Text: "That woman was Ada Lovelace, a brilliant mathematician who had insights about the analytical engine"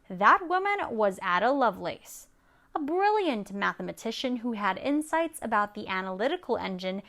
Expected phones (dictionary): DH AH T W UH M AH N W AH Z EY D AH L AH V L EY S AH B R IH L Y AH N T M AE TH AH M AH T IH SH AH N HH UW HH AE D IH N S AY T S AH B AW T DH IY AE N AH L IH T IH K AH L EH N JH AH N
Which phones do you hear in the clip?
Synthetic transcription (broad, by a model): DH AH T W UH M AH N W AH Z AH D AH L AH V L EY S AH B R IH L Y AH N T M AE TH AH M AH T IH SH AH N HH UW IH D IH N S AY T S AH B AW T DH IY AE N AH L IH T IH K L EH N JH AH N